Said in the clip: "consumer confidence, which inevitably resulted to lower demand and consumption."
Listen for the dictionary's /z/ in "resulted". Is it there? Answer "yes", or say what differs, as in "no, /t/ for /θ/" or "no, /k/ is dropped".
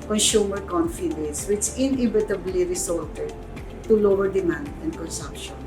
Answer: no, /s/ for /z/